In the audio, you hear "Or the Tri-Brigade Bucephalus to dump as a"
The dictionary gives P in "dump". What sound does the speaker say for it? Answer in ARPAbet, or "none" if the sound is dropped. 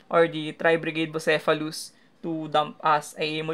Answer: P